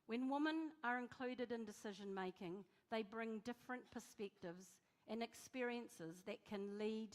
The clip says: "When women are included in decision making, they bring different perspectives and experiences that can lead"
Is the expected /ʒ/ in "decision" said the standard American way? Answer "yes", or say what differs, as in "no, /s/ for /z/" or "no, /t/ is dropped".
yes